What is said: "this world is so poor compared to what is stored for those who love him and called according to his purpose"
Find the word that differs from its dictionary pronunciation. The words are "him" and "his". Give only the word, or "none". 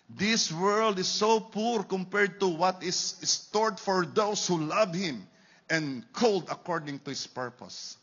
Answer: his